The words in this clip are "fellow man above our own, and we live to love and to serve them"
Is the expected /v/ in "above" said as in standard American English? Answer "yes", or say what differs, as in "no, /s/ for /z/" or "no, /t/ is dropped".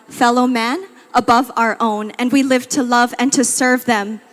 yes